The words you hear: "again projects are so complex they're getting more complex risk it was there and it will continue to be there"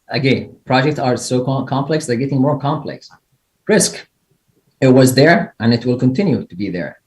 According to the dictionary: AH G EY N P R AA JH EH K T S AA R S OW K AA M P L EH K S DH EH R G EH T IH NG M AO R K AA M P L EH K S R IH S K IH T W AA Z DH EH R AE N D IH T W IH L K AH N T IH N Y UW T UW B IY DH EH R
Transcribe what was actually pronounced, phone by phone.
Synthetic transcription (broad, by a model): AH G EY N P R AA JH EH K T S AA R S OW K AA M P L EH K S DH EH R G EH T IH NG M AO R K AA M P L EH K S R IH S K IH T W AA Z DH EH R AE N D IH T W IH L K AH N T IH N Y UW T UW B IY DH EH R